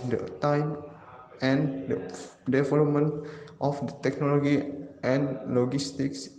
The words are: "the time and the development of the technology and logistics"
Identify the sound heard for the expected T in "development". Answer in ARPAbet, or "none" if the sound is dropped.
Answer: T